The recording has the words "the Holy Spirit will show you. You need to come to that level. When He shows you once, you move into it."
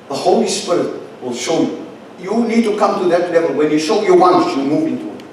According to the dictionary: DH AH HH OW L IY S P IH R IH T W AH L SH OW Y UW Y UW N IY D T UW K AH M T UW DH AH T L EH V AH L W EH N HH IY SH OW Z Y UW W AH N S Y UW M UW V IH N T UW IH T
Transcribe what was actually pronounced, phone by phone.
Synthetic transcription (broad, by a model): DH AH HH OW L IY S P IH R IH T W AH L SH OW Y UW Y UW N IY D T UW K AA M T UW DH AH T L EH V AH L W EH N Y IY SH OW Y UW W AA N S Y UW M UW V IH N T UW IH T